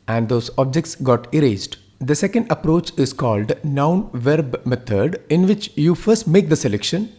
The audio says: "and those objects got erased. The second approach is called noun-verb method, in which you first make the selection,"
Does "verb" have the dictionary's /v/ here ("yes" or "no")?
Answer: yes